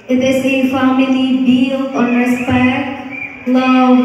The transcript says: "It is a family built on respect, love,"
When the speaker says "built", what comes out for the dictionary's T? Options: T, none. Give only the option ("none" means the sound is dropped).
none